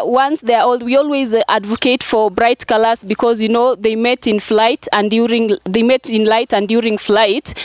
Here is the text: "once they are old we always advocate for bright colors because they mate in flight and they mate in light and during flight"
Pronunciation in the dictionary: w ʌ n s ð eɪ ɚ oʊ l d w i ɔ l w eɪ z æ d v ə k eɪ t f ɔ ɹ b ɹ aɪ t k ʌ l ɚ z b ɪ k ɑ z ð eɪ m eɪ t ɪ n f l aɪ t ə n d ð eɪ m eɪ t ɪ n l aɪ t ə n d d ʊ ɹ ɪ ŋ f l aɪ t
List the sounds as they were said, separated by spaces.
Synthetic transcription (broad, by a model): w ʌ n s ð eɪ ɚ oʊ l d w i ɔ l w eɪ z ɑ d v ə k eɪ t f ɔ ɹ b ɹ aɪ t k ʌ l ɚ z b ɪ k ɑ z ð eɪ m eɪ t ɪ n f l aɪ t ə n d ð eɪ m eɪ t ɪ n l aɪ t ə n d d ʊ ɹ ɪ ŋ f l aɪ t